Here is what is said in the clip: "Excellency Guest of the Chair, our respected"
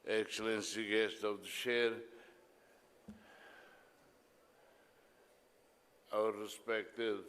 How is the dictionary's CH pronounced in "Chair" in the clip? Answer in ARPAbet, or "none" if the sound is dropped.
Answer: SH